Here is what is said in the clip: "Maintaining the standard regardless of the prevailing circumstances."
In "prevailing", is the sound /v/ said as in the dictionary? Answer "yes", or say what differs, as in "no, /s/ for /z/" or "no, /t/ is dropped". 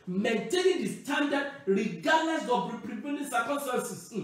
no, /p/ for /v/